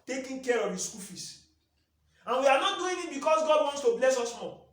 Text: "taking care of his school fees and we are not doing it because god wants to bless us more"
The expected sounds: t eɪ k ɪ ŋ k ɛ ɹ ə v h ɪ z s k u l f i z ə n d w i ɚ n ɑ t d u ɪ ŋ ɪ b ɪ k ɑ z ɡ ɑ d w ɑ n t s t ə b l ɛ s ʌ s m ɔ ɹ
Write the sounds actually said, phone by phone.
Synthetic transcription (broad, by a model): t eɪ k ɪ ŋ k ɛ ɹ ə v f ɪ s k u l f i s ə n w i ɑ n ɑ t d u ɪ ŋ ɪ b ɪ k ɑ s ɡ ɑ d w ɑ n t s t ə b l ɛ s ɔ s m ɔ